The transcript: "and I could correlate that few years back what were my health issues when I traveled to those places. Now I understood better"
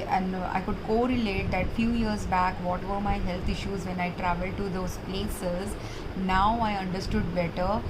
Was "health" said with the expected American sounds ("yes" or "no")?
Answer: no